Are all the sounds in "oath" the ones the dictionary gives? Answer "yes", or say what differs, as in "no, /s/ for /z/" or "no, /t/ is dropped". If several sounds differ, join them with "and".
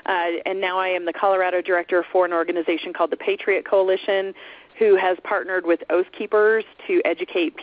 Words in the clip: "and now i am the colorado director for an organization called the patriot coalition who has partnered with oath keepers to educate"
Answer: yes